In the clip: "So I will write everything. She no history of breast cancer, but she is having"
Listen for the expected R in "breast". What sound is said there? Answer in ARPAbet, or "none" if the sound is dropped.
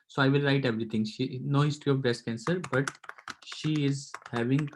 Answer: none